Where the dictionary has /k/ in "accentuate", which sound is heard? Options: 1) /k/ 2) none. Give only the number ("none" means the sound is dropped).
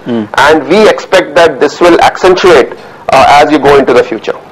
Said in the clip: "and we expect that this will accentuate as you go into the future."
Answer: 1